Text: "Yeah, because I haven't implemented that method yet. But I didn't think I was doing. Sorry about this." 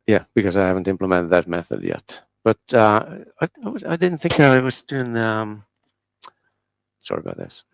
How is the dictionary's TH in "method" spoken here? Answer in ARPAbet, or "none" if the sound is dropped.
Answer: TH